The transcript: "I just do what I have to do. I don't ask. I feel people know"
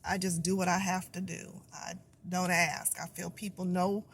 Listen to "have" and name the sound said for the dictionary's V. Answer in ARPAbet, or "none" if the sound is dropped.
F